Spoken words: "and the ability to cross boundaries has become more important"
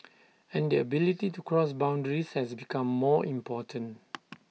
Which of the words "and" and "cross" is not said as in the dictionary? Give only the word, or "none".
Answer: none